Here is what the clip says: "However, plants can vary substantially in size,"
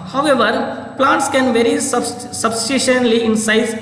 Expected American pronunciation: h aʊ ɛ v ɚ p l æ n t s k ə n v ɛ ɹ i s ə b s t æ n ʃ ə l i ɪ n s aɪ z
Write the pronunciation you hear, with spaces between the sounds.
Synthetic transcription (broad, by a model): h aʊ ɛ v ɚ p l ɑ n t s k ə n v ɛ ɹ i s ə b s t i ʃ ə l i ɪ n s aɪ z